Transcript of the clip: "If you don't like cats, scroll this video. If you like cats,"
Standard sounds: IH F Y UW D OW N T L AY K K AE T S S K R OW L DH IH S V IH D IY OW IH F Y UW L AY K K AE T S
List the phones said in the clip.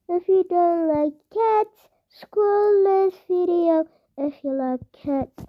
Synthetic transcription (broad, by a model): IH F Y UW D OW N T L AY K K AE T S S K OW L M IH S F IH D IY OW IH F Y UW L AY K K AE T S